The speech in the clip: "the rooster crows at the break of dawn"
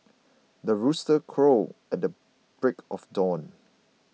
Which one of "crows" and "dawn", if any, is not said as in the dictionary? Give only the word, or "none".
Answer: crows